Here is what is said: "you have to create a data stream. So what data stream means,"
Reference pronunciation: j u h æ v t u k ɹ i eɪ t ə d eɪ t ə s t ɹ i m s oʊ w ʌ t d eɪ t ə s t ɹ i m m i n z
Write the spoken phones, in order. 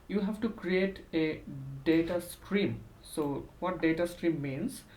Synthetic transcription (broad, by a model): j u h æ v t u k ɹ i eɪ t ə d eɪ t ə s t ɹ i m s oʊ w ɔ t d eɪ t ə s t ɹ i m m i n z